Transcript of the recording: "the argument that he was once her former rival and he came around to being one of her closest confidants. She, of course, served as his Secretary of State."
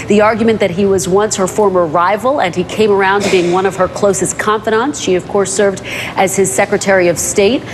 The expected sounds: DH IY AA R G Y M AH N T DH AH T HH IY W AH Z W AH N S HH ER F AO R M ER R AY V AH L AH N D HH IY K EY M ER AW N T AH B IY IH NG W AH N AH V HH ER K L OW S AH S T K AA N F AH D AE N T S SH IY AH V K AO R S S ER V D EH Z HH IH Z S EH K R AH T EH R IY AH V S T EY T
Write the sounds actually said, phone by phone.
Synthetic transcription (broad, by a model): DH IY AA R G Y M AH N DH AH T HH IY W AH Z W AH N S HH ER F AO R M ER R AY V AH L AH N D IY K EY M ER AW N B IY IH NG W AH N AH V ER K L OW S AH S K AA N F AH D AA N T S SH IY AH V K AO R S S ER V D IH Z IH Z S EH K R AH T EH R IY AH V S T EY T